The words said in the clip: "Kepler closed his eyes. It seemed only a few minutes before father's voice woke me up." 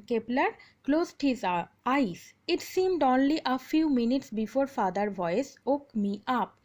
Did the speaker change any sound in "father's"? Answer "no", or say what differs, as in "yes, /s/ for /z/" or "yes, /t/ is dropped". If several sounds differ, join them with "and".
yes, /z/ is dropped